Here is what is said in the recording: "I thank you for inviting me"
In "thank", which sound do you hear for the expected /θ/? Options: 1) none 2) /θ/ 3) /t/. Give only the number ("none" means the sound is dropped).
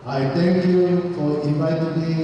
3